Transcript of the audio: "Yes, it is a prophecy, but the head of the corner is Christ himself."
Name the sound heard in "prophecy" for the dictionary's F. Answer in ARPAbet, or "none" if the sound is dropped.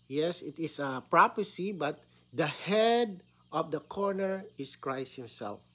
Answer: P